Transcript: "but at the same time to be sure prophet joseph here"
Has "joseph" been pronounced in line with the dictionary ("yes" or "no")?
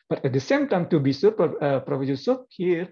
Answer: no